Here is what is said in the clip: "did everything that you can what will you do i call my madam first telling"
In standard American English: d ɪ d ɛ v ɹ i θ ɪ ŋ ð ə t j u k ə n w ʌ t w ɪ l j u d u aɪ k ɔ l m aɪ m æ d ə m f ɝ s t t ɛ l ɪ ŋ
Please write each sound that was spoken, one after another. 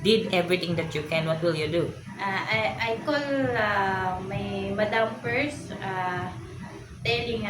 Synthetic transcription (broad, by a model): d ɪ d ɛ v ɹ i t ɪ ŋ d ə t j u k ə n w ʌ t w ɪ l j u d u aɪ k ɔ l m aɪ m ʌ d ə m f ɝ s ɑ t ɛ l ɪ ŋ